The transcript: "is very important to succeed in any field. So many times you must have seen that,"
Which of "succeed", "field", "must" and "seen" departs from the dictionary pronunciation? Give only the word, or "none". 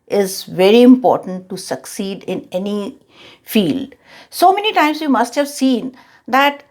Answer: none